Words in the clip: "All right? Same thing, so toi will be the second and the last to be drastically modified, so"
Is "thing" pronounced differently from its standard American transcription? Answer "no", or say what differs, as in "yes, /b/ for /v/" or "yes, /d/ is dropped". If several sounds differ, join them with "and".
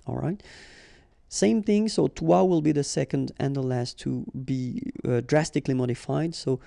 no